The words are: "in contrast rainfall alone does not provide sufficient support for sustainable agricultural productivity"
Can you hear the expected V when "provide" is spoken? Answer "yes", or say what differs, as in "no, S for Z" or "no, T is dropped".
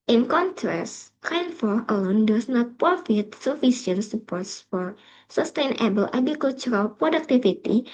no, F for V